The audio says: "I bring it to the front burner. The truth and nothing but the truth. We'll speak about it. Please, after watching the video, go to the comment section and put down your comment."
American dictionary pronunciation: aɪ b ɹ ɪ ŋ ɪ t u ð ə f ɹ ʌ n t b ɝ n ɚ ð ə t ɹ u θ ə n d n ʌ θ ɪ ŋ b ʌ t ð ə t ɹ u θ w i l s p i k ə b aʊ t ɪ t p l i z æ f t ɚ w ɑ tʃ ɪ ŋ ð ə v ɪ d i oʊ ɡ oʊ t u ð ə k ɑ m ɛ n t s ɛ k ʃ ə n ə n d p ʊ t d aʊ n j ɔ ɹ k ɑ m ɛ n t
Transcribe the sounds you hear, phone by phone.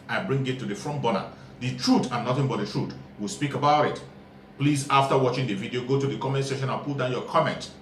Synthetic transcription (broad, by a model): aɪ b ɹ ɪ ŋ ɪ t u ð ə f ɹ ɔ n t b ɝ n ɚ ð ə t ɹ u t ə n n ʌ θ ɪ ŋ b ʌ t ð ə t ɹ u t w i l s p i k ə b aʊ t ɪ t p l i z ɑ f t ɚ w ɑ tʃ ɪ ŋ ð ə v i d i oʊ ɡ oʊ t u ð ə k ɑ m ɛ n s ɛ ʃ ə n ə n p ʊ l d aʊ n j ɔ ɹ k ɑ m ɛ n t